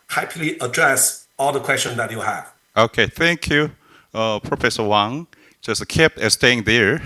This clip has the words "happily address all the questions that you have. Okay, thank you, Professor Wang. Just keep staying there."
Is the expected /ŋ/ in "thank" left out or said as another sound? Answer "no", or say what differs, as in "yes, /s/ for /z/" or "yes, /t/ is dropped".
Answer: no